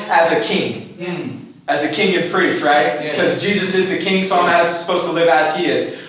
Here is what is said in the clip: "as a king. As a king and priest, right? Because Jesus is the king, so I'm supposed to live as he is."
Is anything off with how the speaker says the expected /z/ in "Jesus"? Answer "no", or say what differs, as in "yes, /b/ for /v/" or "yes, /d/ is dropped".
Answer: no